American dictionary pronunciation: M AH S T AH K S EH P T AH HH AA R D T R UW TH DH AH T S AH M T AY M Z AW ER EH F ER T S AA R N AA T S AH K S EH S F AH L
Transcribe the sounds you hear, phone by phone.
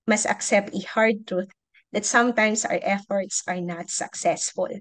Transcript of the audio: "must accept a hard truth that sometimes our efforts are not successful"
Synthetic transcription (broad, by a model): M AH S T AH K S EH P T AH HH AA R D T R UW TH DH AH T S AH M T AY M S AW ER EH F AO T S AA R N AA T S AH K S EH S F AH L